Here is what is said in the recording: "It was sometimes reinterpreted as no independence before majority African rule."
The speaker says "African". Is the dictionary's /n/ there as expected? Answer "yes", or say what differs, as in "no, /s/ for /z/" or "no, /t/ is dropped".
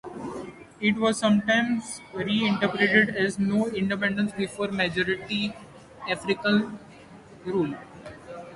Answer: no, /l/ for /n/